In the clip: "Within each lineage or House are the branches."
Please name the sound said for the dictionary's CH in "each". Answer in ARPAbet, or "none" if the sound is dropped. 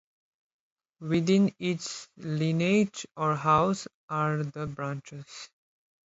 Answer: S